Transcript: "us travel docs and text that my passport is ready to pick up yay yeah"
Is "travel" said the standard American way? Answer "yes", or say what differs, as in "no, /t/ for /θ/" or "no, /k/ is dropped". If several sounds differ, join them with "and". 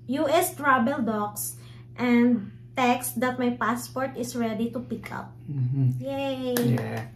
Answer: no, /b/ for /v/